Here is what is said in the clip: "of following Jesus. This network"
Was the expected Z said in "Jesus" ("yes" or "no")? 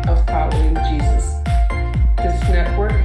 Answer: yes